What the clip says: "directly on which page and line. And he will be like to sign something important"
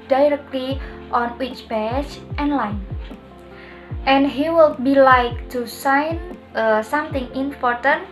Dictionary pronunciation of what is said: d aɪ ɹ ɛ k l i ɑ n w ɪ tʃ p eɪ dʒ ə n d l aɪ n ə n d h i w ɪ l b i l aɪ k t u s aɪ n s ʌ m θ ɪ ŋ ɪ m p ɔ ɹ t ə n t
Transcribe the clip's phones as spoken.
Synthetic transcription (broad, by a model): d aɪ ɹ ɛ k l i ɑ n w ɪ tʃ b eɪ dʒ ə n l aɪ n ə n h i w ɪ l b i l aɪ k t u s aɪ n s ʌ m t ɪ ŋ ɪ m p ɔ ɹ t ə n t